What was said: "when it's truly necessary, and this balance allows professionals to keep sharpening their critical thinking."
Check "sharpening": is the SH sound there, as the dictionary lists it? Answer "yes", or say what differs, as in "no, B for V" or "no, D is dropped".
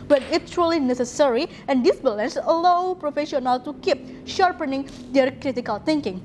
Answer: yes